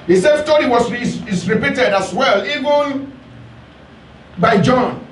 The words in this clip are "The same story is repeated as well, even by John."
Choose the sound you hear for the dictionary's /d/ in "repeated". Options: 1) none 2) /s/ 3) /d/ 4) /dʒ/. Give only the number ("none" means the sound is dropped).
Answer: 3